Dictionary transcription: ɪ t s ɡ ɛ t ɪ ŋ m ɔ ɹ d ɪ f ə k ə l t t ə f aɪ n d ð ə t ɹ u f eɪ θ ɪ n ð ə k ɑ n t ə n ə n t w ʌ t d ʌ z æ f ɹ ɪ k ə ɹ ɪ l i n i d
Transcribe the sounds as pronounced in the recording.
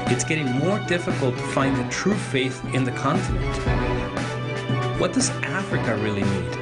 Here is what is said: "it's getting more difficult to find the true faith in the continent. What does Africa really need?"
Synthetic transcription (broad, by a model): ɪ t s ɡ ɛ t ɪ ŋ m ɔ ɹ d ɪ f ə k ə l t t ə f aɪ n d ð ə t ɹ u f eɪ θ ɪ n ð ə k ɑ n t ə n ə n t w ʌ t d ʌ z æ f ɹ ɪ k ə ɹ ɪ l i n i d